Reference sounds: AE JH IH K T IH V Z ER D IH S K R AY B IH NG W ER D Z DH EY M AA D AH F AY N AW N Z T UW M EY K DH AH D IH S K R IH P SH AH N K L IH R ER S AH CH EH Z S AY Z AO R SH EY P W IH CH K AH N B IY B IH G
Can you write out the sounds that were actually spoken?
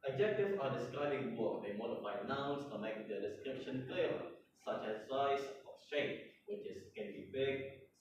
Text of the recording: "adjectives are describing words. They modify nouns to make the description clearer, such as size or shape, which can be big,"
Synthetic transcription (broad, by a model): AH JH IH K T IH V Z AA D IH S K R AY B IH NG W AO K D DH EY M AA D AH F AY N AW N S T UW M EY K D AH D IH S K R IH P SH AH N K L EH L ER S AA CH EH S AY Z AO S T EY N W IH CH K AH N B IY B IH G